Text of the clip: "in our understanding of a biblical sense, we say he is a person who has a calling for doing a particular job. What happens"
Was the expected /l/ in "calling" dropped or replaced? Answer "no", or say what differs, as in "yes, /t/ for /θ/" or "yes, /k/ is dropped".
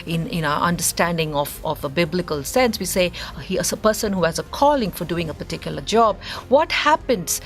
no